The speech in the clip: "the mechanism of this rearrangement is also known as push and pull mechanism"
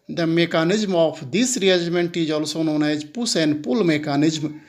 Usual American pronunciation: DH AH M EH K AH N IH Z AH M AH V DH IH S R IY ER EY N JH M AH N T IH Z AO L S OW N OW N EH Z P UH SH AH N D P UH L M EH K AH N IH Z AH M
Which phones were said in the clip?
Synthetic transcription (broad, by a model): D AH M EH K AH N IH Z M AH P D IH S R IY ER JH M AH N T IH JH AO L S OW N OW N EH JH P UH S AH N P UH L M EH K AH N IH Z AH M